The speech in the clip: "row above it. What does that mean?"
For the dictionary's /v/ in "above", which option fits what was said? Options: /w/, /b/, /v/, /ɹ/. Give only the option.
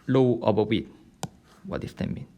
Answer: /w/